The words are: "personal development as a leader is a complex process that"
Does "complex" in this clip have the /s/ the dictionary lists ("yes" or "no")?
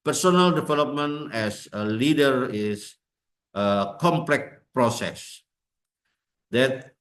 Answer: no